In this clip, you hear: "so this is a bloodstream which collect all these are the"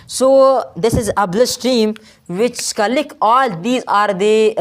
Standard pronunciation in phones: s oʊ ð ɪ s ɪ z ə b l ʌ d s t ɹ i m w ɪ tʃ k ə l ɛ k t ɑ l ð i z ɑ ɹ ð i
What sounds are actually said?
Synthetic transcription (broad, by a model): s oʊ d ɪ s ɪ z ə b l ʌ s t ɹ i m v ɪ tʃ k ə l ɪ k ɑ l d i z ɑ ɹ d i